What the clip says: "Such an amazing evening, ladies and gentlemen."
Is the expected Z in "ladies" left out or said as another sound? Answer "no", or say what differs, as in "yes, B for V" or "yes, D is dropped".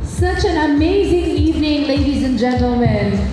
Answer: no